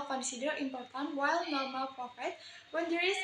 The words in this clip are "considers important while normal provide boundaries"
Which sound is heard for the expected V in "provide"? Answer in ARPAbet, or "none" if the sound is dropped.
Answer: F